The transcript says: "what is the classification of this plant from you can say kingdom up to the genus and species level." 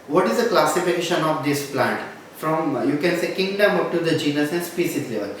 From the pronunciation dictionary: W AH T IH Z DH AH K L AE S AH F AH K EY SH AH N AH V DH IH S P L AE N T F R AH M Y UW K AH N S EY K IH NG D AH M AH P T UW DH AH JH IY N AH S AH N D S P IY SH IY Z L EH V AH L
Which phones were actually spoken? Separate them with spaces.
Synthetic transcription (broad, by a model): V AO T IH Z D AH K L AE S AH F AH K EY SH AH N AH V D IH S P L AE N T F R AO M Y UW K AH N S EY K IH NG D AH M AH P T UW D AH JH IY N AH S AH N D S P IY S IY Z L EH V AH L